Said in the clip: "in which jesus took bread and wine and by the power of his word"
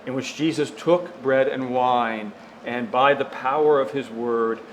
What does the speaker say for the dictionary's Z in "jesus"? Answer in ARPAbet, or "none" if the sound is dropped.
Z